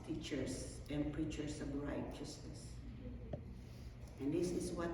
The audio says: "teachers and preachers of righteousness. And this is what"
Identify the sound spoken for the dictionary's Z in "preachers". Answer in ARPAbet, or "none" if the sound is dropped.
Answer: S